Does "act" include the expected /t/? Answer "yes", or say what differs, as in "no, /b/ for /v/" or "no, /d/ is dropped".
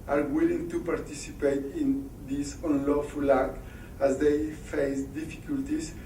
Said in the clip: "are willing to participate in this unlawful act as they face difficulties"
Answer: no, /t/ is dropped